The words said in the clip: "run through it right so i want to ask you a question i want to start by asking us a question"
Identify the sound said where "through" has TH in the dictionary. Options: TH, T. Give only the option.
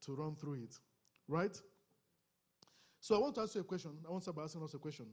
TH